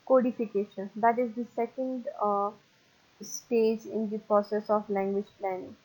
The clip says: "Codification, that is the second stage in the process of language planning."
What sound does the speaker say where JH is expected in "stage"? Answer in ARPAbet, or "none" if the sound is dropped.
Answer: JH